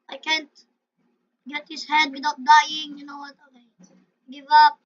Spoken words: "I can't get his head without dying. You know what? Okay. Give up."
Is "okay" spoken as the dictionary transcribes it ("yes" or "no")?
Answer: no